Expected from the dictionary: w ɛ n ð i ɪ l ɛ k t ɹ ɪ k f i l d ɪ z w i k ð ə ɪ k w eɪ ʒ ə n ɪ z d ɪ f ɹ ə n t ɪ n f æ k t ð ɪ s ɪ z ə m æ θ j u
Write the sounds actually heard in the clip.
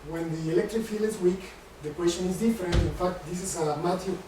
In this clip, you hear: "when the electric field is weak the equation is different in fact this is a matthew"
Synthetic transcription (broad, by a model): w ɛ n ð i ɪ l ɛ k t ɹ ɪ k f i l ɪ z w i k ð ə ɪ k w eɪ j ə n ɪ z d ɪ f ɹ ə n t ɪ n f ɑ k t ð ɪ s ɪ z ə m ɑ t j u